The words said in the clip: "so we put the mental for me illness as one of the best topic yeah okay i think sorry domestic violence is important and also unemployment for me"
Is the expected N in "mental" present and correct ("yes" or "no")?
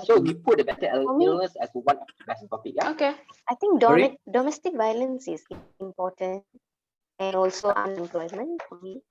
no